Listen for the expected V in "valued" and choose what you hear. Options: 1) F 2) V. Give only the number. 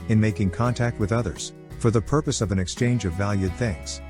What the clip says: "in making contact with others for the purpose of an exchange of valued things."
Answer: 2